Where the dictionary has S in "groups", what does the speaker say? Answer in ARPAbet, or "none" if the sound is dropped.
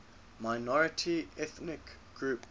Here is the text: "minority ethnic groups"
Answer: none